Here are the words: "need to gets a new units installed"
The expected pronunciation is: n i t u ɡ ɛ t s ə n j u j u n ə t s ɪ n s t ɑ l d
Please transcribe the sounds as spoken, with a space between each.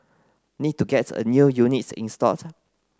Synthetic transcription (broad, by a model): n i t u ɡ ɛ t ə n j u j u n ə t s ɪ n s t ɑ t